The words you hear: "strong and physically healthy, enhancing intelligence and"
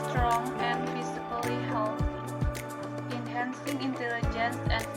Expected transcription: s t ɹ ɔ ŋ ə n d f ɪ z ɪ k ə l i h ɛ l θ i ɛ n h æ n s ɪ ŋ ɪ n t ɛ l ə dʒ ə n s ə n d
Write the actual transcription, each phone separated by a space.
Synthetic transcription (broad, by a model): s t ɹ ɔ ŋ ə n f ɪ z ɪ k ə l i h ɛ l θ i n h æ n s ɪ ŋ ɪ n t ɛ l ə dʒ ə n s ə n